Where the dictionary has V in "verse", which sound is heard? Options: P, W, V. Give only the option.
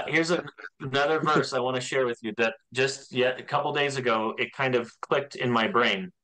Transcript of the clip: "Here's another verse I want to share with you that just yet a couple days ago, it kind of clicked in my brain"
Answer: V